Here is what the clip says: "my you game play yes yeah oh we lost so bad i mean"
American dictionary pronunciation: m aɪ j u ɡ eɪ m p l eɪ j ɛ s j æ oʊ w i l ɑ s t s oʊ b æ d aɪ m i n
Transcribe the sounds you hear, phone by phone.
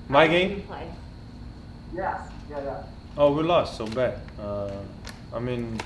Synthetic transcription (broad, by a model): m aɪ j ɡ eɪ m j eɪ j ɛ j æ oʊ w i l ɑ s t s oʊ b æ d aɪ m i n